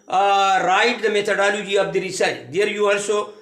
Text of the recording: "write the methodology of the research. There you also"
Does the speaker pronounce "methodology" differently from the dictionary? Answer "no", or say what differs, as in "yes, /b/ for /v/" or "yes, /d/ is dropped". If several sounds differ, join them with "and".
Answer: yes, /t/ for /θ/